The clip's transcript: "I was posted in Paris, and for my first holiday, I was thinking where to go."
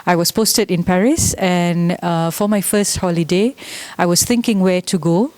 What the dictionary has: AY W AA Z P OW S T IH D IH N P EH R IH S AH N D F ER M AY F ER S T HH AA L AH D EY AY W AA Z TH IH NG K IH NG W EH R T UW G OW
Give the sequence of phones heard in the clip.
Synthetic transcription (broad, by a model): AY W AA S P OW S T IH D IH N P EH R IH S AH N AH F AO M AY F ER S T HH AA L AH D EY AY W AA S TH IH NG K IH NG W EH T UW G OW